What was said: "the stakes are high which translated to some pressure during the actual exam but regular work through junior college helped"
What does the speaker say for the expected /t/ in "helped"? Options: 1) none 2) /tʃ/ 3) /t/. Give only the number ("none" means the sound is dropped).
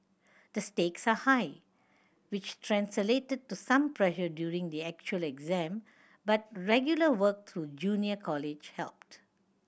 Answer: 3